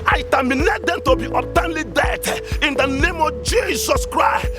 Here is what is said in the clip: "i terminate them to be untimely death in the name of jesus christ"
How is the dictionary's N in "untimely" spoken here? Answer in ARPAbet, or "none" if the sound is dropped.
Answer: none